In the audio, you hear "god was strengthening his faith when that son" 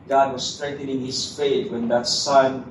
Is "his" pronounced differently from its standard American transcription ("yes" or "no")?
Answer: yes